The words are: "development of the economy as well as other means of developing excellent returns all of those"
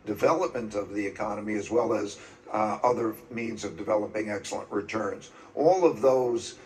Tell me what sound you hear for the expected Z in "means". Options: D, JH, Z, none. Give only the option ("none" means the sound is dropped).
Z